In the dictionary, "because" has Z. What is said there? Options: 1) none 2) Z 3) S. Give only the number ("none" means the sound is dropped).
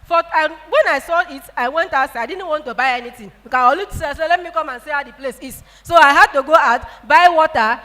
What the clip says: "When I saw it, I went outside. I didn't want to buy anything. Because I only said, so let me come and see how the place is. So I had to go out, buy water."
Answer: 1